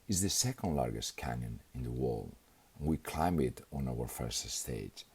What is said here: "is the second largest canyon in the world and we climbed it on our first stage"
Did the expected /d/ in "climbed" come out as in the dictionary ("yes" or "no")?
no